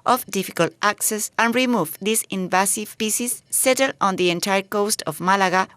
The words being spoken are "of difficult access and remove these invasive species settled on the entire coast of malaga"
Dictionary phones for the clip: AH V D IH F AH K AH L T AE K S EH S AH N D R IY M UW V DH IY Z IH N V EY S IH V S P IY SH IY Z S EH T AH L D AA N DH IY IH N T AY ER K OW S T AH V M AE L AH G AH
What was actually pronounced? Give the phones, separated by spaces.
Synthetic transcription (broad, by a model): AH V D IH F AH K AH L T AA K S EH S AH N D R IY M UW V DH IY S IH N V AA S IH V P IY S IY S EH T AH L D AA N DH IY IH N T AY ER K OW S T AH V M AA L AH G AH